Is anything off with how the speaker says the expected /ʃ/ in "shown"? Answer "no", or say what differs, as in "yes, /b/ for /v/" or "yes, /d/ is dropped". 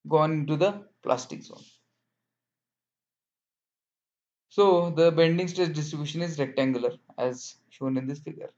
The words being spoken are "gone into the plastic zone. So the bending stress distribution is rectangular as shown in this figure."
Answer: no